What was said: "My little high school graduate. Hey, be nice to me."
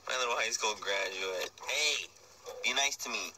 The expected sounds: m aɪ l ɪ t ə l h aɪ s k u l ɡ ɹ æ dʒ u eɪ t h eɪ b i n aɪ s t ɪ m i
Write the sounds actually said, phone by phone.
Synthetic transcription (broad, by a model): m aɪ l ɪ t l h aɪ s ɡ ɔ n ɡ ɹ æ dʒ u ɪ t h eɪ b i n aɪ s t ɪ m i